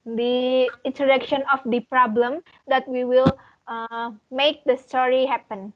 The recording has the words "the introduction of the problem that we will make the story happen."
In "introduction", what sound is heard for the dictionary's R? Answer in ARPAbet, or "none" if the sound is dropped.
none